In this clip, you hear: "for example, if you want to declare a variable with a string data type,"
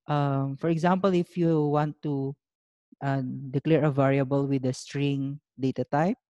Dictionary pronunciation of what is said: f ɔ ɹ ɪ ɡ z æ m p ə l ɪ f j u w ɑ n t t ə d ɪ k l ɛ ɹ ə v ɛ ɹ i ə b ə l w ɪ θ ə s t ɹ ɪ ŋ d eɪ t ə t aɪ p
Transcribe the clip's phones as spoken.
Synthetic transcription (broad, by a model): f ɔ ɹ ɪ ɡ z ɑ m p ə l ɪ f j u w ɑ n t t ə d ɪ k l ɛ ɹ ə v ɛ ɹ i ə b ə l w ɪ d ə s t ɹ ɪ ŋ d eɪ t ə t aɪ p